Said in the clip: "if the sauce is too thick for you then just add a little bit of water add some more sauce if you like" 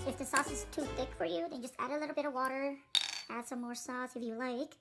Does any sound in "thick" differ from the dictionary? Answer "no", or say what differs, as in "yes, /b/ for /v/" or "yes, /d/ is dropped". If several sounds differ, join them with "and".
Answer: no